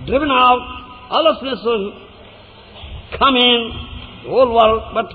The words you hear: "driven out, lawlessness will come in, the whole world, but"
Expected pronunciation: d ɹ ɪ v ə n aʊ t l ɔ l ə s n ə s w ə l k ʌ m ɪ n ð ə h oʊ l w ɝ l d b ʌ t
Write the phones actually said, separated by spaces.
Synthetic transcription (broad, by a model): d ɹ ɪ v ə n aʊ t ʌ l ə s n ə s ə k ʌ m ɪ n h oʊ l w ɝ d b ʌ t